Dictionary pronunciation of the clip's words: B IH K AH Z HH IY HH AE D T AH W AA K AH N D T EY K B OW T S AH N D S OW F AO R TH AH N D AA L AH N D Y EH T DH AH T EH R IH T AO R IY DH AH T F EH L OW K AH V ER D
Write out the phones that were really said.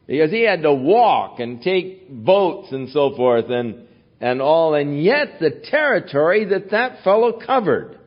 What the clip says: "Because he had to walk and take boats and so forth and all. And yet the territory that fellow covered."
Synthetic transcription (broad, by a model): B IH K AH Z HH IY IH D T AH W AA K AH N T EY K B OW T S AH N S OW F AO R TH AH N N AA L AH N Y EH T DH AH T EH R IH T AO R IY DH AH T F EH L OW K AH V ER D